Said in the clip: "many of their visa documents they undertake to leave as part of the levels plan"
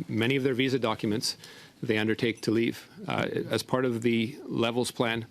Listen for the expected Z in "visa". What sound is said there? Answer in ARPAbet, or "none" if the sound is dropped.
Z